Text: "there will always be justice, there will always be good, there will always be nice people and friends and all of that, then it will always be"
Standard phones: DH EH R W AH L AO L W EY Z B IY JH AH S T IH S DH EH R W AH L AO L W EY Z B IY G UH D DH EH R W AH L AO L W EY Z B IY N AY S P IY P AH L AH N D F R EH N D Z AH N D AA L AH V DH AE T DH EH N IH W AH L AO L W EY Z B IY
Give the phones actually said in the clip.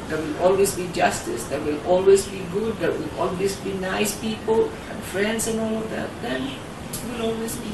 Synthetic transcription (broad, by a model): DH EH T W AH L AO L W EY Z B IY JH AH S T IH S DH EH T W AH L AO L W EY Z B IY G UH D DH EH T W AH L AO L W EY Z B IY N AY S P IY P AH L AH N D F R EH N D S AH N AA L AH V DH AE T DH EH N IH W AH L AO L W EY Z B IY